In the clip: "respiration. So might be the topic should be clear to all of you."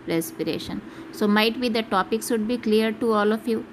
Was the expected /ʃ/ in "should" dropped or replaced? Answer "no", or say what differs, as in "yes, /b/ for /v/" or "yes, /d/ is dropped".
yes, /s/ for /ʃ/